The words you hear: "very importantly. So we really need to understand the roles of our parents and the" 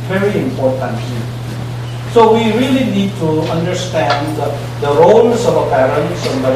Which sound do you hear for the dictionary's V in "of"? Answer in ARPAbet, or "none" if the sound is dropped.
B